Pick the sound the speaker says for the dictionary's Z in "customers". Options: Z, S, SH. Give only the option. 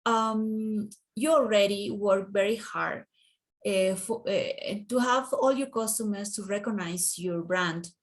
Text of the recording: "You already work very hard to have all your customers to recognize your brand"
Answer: S